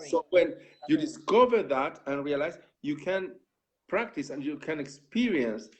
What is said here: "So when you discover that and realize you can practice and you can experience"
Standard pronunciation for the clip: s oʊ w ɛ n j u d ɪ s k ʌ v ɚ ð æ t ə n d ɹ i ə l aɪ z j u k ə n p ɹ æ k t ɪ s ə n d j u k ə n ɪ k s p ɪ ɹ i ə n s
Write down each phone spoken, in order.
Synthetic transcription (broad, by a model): s oʊ w ɛ n j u d ɪ s k ʌ v ɚ ð æ t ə n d ɹ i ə l aɪ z j u k ə n p ɹ æ k t ɪ s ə n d j u k ə n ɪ k s p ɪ ɹ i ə n s